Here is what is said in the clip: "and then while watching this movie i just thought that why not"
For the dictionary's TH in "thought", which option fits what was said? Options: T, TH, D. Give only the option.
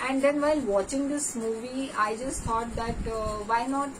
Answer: T